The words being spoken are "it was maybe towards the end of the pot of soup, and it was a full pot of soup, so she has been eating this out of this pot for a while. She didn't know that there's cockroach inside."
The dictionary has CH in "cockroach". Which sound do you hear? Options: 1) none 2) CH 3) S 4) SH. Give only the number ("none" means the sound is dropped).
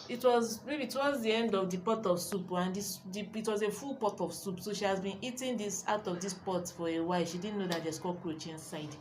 2